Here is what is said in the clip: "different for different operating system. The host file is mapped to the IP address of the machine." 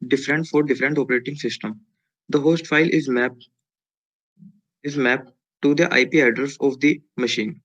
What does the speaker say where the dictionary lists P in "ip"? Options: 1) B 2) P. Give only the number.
2